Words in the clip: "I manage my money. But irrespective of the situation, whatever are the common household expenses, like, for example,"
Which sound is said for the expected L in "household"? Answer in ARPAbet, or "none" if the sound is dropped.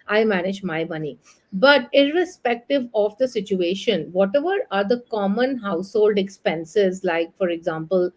L